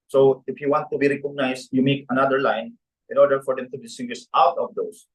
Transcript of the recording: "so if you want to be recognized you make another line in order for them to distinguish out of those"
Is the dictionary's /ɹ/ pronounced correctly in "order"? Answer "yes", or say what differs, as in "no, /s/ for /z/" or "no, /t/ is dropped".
yes